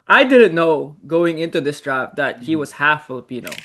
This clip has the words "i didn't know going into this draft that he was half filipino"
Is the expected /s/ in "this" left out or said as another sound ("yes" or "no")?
no